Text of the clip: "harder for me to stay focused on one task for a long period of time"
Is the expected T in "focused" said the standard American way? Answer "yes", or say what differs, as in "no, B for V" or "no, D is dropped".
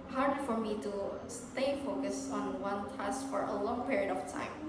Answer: no, T is dropped